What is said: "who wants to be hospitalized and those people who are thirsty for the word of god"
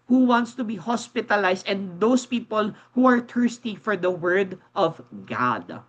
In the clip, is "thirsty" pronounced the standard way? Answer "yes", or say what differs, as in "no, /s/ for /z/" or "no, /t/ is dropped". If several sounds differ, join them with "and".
no, /t/ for /θ/